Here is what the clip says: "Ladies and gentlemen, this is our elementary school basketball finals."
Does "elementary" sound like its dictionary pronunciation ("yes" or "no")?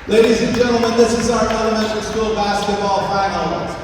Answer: no